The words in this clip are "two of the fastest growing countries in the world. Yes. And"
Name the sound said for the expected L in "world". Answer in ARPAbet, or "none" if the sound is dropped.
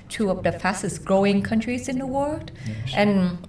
L